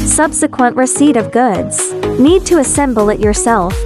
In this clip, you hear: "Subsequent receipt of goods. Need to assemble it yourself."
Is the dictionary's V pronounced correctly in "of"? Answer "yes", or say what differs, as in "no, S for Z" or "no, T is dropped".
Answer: yes